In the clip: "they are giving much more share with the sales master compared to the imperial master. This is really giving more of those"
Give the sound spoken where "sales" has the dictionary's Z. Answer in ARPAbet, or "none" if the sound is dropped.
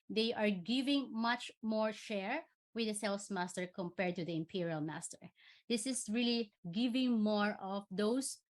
S